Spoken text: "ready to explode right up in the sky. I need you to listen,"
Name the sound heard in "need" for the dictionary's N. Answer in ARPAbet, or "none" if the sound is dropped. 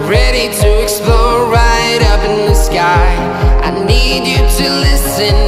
N